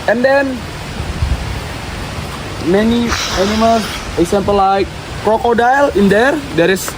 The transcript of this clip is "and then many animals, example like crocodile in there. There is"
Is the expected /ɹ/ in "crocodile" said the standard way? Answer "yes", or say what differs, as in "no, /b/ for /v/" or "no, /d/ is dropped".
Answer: yes